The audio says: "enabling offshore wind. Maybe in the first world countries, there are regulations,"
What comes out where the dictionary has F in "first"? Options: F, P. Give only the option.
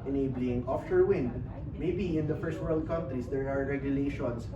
F